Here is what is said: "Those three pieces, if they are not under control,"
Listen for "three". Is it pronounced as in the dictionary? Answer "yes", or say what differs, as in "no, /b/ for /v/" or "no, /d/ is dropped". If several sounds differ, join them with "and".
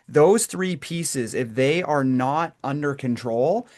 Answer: yes